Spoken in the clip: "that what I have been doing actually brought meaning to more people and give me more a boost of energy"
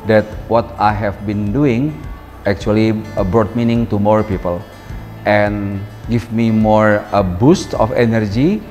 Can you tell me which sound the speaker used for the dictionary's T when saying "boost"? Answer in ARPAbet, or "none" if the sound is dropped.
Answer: T